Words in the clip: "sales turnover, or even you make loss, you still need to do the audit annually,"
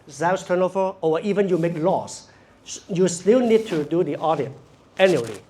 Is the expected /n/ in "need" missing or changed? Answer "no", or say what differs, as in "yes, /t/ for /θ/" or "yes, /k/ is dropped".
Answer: no